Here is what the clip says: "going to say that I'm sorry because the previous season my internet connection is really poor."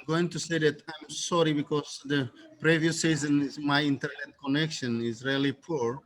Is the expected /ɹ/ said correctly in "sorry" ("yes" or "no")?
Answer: yes